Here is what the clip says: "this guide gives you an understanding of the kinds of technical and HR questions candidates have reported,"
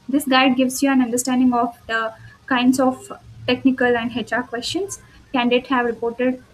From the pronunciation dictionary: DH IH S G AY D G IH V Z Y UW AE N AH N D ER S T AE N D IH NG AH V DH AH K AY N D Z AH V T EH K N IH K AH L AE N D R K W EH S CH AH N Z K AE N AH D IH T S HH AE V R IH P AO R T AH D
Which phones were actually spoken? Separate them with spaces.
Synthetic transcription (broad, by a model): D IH S G AY D G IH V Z Y UW AE N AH N D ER S T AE N D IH NG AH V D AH K AY N D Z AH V T EH K N IH K AH L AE N D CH K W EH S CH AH N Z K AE N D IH T HH AE V R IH P AO R T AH D